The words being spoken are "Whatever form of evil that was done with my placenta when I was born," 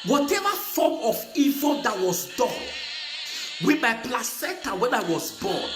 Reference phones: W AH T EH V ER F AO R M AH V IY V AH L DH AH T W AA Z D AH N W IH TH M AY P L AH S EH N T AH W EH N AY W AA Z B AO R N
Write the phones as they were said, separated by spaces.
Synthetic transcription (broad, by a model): W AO T EH V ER F AO M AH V IY V AH L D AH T W AA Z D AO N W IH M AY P L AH S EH T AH W EH N AY W AA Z B AO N